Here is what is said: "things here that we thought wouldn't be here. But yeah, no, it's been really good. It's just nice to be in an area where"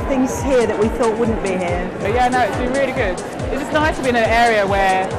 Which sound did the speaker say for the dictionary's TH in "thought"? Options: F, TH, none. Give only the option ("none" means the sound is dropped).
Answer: TH